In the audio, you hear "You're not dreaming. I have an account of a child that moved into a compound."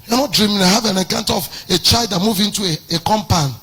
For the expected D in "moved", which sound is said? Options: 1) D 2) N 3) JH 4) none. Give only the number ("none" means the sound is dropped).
4